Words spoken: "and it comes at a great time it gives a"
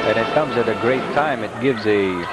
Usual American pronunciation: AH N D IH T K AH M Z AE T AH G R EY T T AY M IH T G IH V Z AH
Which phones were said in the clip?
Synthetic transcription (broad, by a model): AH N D IH T K AH M Z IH T AH G R EY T T AY M IH T G IH V Z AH